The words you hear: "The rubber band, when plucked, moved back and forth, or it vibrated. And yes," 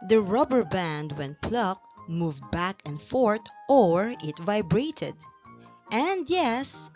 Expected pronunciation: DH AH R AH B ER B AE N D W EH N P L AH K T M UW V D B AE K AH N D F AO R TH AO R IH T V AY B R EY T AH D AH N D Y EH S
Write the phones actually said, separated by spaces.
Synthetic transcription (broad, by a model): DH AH R AH B ER B AE N D W EH N P L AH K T M UW V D B AE K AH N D F AO R T AO R IH T V AY B R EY T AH D AH N D Y EH S